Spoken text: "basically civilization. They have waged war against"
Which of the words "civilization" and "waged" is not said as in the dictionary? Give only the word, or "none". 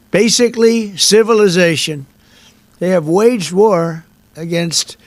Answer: none